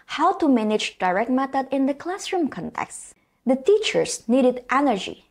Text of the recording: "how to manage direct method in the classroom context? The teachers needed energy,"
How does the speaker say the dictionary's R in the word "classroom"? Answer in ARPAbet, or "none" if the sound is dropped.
R